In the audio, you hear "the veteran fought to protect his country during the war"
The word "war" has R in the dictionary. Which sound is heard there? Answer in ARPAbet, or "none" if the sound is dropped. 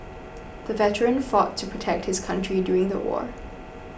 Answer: R